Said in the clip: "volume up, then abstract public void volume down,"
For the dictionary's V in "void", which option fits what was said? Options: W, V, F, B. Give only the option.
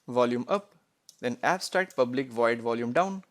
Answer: V